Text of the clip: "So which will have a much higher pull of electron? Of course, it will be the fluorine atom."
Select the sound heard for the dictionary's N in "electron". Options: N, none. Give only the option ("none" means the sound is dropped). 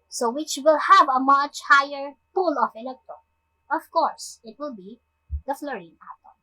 none